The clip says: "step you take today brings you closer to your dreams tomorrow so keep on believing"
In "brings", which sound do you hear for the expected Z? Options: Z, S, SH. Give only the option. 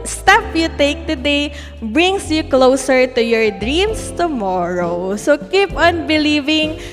S